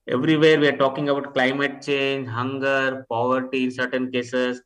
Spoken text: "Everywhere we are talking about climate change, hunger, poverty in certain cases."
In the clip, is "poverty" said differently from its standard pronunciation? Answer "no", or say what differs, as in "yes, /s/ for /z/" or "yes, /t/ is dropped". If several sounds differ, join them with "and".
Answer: no